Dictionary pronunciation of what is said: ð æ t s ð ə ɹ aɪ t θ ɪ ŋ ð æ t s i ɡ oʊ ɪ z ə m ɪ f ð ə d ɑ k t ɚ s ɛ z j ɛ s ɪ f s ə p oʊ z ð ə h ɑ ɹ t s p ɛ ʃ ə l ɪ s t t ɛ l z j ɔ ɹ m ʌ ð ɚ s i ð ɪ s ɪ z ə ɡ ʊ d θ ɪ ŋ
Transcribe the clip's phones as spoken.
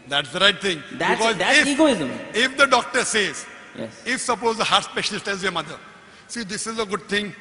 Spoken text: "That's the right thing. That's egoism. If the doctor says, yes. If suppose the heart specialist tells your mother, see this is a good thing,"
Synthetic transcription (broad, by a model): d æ t s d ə ɹ aɪ t t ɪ ŋ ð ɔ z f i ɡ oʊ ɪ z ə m ɪ f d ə d ɑ k t ɚ s ɛ z j ɛ s ɪ f s ə p oʊ z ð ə h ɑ ɹ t s p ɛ ʃ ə l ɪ s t t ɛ z j ɔ ɹ m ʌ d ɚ s i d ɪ s ɪ z ə ɡ ʊ d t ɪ ŋ